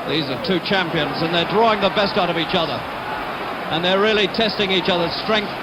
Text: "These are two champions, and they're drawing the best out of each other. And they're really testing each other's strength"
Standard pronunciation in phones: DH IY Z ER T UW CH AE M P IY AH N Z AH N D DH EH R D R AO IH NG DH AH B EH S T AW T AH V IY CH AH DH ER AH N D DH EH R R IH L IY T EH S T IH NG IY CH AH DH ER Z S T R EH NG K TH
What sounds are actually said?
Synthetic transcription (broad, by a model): DH IY Z ER T UW CH AE M P IY AH N Z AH N DH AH R D R AO IH NG DH AH B EH S T AW T AH V IY CH AH DH ER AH N DH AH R R IH L IY T EH S T IH NG IY CH AH DH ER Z S T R EH NG K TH